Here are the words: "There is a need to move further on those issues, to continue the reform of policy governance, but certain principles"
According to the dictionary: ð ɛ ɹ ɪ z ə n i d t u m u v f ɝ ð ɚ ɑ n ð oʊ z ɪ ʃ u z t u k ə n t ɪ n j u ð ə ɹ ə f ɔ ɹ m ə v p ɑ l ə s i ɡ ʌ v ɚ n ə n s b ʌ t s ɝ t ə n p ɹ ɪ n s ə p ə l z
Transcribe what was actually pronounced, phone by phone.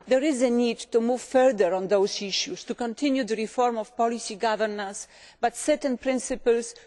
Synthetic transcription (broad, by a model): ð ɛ ɹ ɪ z ə n i d t u m u v f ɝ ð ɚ ɑ n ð oʊ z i ʃ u s t u k ə n t ɪ n j u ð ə ɹ ə f ɔ ɹ m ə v p ɑ l ə s i ɡ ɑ v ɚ n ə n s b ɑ t s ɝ t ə n p ɹ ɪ n s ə p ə l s